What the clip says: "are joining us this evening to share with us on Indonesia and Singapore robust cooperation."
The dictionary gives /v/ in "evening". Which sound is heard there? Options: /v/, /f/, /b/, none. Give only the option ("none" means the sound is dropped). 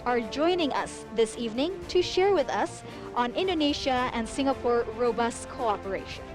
/v/